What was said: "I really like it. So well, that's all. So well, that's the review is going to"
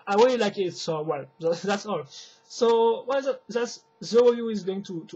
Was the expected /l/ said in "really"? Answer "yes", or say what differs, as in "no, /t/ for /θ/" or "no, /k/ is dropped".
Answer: no, /w/ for /l/